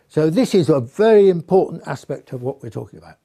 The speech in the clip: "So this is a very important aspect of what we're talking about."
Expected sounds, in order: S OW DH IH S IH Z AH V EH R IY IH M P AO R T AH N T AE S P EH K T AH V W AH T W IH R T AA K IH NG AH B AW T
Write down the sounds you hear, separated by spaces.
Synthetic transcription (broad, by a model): S OW DH IH S IH Z AH V EH R IY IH M P AO R T N T AE S P EH K T AH V W AH T W IH R T AA K IH NG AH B AW T